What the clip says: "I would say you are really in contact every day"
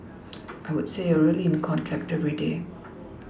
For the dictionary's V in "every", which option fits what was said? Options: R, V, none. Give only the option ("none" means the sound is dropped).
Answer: V